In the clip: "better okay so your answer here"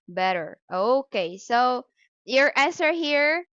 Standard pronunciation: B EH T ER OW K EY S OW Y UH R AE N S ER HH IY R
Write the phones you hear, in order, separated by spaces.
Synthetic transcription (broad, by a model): B EH T ER OW K EY S OW Y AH R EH S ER HH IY R